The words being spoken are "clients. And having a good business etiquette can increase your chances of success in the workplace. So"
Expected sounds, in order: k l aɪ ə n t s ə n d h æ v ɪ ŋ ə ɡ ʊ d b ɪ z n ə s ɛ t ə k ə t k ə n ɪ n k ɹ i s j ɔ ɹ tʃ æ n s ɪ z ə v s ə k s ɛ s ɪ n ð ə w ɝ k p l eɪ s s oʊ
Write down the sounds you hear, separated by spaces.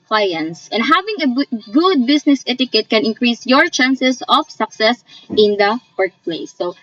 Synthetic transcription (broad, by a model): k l aɪ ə n s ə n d h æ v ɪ ŋ ə ɡ ʊ d b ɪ s n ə s ɛ t ə k ə t k ə n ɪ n k ɹ i s j ɔ ɹ tʃ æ n s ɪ s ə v s ə k s ɛ s ɪ n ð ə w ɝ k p l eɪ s s oʊ